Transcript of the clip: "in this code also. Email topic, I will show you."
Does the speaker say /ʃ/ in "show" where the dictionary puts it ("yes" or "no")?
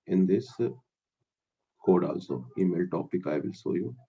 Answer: no